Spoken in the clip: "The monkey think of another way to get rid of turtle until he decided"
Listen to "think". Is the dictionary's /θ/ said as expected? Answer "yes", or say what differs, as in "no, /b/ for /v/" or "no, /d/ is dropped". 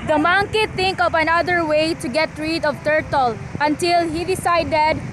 no, /t/ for /θ/